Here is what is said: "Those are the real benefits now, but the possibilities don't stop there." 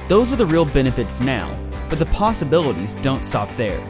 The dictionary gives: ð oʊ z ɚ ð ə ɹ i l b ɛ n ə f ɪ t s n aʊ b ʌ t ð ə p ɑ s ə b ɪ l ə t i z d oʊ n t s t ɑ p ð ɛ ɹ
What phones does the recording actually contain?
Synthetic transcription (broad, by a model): ð oʊ z ɚ ð ə ɹ i l b ɛ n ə f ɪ t s n aʊ b ʌ t ð ə p ɑ s ə b ɪ l ə t i z d oʊ n t s t ɑ p ð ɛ ɹ